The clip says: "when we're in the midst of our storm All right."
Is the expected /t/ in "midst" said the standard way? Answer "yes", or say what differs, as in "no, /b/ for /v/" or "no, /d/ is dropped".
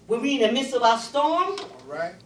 no, /t/ is dropped